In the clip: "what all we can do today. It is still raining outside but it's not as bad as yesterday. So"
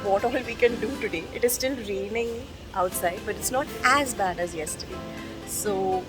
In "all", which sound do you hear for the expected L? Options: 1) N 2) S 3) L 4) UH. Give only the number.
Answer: 3